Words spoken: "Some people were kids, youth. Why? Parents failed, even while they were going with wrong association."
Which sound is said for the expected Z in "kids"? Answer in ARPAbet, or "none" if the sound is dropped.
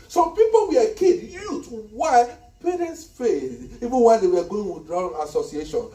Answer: none